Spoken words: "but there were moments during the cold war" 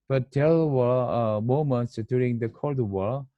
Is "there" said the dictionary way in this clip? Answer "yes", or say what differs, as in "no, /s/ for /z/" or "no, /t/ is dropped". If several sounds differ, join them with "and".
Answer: no, /l/ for /ɹ/